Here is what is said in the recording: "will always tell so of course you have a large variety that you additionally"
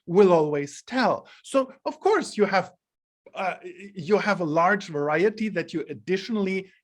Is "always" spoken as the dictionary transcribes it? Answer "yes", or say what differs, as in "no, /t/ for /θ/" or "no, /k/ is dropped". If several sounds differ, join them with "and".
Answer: yes